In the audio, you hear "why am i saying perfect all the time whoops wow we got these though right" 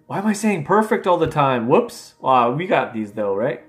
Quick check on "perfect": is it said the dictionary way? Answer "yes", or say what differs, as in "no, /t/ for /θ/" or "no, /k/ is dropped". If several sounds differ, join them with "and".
yes